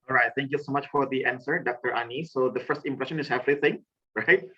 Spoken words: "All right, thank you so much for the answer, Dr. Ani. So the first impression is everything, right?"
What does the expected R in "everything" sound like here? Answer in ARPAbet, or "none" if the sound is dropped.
L